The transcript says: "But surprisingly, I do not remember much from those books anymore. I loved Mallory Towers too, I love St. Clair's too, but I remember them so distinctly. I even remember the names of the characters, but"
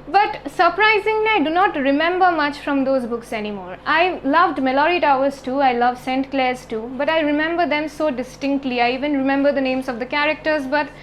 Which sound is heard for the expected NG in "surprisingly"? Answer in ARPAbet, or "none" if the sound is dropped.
NG